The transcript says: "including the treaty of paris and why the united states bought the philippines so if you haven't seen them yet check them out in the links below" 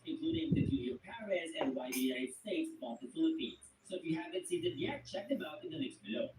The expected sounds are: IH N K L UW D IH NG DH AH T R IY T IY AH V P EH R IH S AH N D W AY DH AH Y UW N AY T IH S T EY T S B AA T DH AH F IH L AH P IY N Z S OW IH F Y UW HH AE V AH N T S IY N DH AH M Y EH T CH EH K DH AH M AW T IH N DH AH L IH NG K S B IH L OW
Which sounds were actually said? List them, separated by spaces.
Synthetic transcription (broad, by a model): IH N K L UW D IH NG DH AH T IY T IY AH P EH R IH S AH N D W AY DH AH Y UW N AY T S T EY T S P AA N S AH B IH L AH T IY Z S OW IH F Y UW HH AE V AH N T S IY N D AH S Y EH T CH EH K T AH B AW T IH N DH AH N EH K S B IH L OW